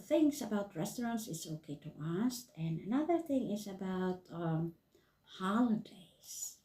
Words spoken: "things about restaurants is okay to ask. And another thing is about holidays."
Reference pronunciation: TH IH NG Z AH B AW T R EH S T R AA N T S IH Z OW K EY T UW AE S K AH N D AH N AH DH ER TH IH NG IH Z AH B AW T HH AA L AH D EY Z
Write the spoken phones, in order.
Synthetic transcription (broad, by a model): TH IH NG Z AH B AW T R EH S T R AA N T S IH S OW K EY T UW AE S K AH N AH N AH DH ER TH IH NG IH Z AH B AW T HH AA L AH D EY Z